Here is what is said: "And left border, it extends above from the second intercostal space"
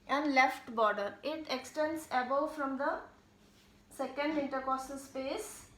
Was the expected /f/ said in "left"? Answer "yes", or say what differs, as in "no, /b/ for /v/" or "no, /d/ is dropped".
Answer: yes